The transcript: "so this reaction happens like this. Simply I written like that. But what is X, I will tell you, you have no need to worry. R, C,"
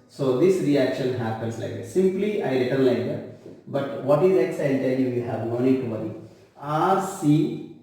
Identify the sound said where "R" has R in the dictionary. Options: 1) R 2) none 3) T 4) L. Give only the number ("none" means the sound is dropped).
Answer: 1